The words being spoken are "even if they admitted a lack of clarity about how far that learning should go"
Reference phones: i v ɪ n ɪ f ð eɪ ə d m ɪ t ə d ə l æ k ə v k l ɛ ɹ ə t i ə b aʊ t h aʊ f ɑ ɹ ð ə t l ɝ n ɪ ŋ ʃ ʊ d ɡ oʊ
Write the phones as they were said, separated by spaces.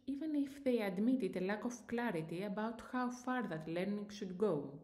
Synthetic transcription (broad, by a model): i v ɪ n ɪ f ð eɪ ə d m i t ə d ə l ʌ k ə f k l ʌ ɹ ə t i ə b aʊ t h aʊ f ɑ ɹ ð ə t l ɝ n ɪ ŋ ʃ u d ɡ oʊ